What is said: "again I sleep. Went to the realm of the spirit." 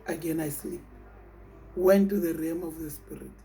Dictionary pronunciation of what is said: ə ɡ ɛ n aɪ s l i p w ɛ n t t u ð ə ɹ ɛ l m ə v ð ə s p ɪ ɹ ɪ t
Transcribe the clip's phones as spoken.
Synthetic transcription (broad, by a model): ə ɡ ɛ n aɪ s l i p w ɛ n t t u ð ə ɹ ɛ m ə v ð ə s p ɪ ɹ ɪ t